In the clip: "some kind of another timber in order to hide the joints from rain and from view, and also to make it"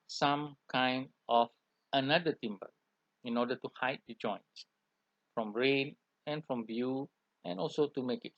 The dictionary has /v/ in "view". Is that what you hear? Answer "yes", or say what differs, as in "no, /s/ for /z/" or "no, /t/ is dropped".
no, /b/ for /v/